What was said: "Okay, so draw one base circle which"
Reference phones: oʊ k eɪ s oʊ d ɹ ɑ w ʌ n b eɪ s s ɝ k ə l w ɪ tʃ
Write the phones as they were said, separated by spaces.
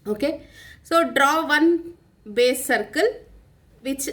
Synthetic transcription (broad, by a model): oʊ k eɪ s oʊ d ɹ ɑ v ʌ n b eɪ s s ɝ k ə l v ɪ tʃ